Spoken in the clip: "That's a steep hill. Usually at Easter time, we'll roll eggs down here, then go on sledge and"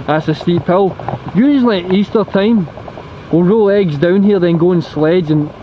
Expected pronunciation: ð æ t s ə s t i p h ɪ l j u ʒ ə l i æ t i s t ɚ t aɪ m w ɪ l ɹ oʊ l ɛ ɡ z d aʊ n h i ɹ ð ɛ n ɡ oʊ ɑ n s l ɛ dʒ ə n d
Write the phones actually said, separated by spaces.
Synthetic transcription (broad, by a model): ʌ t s ə s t i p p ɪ l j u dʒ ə n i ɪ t i s t ɚ t aɪ m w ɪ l ɹ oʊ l ɛ ɡ z d aʊ n h i ɹ ð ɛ n ɡ oʊ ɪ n s l ɛ dʒ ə n